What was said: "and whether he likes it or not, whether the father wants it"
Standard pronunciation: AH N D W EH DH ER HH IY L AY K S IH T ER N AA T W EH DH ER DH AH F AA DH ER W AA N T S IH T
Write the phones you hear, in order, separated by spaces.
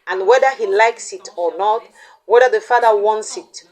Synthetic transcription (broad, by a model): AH N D W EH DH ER HH IY L AY K S IH T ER N AA T W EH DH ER DH AH F AA DH ER W AA N T S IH T